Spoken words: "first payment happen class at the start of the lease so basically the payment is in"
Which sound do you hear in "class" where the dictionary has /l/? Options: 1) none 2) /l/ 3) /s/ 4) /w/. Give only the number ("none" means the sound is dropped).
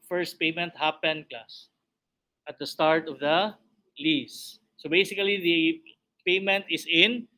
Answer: 1